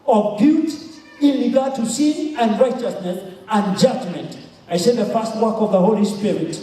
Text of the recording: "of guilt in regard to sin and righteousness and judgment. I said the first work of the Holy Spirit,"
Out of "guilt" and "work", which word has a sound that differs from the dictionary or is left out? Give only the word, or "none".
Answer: guilt